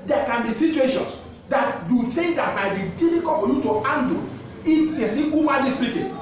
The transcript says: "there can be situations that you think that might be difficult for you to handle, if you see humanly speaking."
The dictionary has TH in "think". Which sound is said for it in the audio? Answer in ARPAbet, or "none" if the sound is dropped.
T